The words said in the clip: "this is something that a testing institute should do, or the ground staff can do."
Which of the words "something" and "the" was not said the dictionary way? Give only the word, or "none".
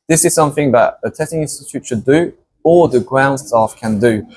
none